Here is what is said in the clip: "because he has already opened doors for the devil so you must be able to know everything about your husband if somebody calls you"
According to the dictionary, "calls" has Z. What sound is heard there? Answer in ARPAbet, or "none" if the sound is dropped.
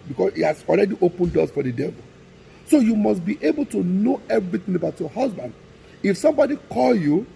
none